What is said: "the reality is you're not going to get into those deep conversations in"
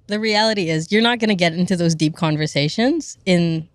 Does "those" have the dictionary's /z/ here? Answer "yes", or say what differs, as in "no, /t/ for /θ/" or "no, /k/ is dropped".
yes